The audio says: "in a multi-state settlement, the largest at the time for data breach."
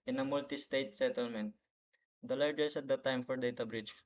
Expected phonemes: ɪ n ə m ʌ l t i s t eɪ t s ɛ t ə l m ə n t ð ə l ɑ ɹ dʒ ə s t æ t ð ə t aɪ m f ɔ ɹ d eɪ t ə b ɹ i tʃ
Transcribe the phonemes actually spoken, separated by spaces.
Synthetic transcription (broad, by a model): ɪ n ə m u l t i s t eɪ t s ɛ t ə l m ə n t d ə l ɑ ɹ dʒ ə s æ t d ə t aɪ m f ɔ ɹ d eɪ t ə b ɹ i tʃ